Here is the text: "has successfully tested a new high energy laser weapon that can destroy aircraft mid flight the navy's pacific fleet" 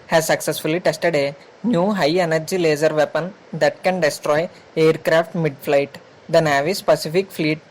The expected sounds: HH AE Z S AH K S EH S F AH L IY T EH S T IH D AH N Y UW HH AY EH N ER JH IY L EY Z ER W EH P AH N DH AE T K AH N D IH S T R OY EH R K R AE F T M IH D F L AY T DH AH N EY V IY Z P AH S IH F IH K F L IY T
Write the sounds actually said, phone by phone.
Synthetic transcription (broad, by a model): HH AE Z S AH K S EH S F AH L IY T EH S T IH D AH N Y UW HH AY EH N ER JH IY L EY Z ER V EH P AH N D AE T K AH N D IH S T R OY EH R K R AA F T M IH D F L AY T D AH N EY V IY S P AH S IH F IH K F L IY T